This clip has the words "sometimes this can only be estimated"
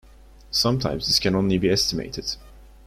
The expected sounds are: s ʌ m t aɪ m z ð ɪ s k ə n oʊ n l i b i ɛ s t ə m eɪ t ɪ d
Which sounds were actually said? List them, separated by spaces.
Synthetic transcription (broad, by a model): s ʌ m t aɪ m z ð ɪ s k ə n oʊ n l i b i ɛ s t ə m eɪ t ɪ d